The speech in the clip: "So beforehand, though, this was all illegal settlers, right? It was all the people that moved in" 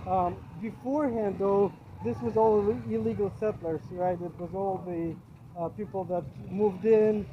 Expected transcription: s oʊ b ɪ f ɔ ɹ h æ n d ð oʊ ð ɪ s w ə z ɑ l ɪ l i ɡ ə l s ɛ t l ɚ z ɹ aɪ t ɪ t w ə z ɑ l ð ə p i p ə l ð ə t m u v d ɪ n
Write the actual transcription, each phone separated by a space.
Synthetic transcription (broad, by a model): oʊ b ɪ f ɔ ɹ h æ n d ð oʊ ð ɪ s w ə z ɑ l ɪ l i ɡ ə l s ɛ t l ɚ s ɹ aɪ t ɪ t w ə z ɑ l ð ə p i p l ð ə t m u v d ɪ n